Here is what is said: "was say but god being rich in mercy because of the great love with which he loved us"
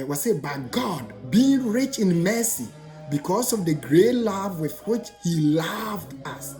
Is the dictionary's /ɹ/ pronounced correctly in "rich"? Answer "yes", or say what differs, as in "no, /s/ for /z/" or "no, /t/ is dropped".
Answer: yes